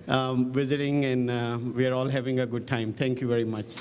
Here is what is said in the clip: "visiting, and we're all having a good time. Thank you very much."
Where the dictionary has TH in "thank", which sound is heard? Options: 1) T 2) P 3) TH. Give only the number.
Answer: 1